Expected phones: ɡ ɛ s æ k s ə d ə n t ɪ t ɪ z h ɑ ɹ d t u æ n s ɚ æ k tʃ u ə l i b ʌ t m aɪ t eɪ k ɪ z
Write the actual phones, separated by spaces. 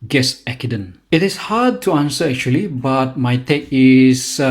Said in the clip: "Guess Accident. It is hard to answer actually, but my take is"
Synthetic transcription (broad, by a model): ɡ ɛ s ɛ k ə d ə n ɪ t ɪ s h ɑ d t u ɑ n s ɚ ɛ k tʃ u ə l i b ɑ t m aɪ t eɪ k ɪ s